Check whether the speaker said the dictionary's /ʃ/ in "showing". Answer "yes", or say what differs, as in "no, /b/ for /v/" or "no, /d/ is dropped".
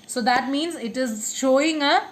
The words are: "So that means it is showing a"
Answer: yes